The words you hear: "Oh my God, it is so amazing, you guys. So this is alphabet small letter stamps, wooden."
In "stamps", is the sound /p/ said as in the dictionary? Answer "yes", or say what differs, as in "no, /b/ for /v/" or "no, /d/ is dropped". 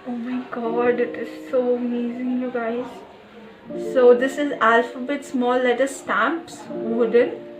yes